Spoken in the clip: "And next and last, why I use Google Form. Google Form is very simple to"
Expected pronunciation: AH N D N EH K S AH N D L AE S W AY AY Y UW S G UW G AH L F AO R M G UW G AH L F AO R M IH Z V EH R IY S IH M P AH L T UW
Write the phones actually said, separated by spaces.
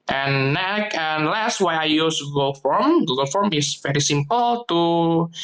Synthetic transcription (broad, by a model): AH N N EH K AH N L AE S W AY AY Y UW S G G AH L F AO R M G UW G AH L F AO R M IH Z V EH R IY S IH M P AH L T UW